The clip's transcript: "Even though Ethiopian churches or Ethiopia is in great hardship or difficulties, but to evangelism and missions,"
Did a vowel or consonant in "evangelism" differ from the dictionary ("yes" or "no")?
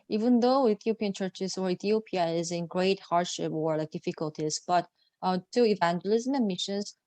no